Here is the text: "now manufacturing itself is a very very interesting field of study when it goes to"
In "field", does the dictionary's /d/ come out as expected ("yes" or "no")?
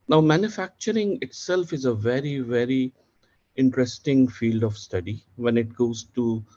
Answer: yes